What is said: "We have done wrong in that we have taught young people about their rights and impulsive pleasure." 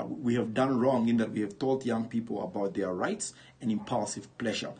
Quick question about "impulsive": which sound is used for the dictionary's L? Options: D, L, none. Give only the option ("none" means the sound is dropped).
L